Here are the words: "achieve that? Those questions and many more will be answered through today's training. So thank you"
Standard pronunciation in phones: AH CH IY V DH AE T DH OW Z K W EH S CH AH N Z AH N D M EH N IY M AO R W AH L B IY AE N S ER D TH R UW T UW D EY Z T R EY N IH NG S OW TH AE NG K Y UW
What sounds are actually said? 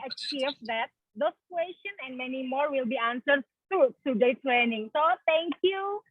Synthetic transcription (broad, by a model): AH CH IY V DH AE T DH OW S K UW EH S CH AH N AH N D M EH N IY M AO R W AH L B IY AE N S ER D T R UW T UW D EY T R EY N IH NG S OW T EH NG K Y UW